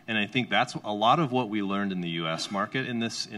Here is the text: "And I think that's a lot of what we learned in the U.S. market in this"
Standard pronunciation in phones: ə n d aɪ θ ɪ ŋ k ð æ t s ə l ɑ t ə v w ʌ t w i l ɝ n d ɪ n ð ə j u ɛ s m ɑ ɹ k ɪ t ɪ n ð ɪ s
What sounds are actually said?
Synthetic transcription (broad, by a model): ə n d aɪ θ ɪ ŋ k ð æ t s ə l ɑ t ə v w ʌ t w i l ɝ n d ɪ n ð ə j u ɛ s m ɑ ɹ k ɪ t ɪ n ð ɪ s